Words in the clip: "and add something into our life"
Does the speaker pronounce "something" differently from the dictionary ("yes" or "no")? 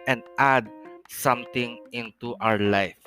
yes